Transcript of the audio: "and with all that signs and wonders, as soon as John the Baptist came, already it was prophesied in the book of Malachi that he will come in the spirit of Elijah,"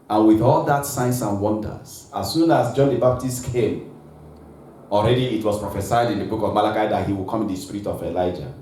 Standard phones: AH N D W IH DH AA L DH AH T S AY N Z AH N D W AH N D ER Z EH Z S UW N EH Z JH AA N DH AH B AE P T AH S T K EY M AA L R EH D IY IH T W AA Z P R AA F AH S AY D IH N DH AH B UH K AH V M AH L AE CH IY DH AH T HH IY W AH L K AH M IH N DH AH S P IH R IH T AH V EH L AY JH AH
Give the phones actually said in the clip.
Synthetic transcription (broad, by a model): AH N W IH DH AA L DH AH T S AY N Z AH N W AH N D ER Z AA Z S UW N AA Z JH AA N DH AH B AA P T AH S T K EY M AA L R EH D IY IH T W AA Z P R AA F AH S AY D IH N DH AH B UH K AH V M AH L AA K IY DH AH T HH IY W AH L K AH M IH N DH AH S P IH R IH T AH V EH L AY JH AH